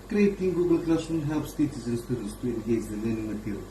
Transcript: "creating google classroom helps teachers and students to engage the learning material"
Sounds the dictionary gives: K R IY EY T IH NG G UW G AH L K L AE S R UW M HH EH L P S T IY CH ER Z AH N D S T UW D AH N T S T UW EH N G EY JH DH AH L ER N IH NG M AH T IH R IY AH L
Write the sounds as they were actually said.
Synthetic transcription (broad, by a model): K R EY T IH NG G UW G AH L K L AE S UW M HH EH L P S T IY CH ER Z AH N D S T UW D AH N T S T UW EH N G EY JH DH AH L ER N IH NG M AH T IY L